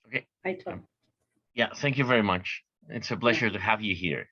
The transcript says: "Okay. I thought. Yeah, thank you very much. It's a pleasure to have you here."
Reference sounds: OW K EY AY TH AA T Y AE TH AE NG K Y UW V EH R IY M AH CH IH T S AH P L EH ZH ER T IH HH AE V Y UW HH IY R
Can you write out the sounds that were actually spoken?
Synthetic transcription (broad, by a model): OW K EY AY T Y AE TH AE NG K Y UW V EH R IY M AH CH IH T S AH B L EH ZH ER T IH HH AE V Y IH HH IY R